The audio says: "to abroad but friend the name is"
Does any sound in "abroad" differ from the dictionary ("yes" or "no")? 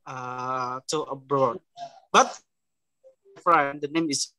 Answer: no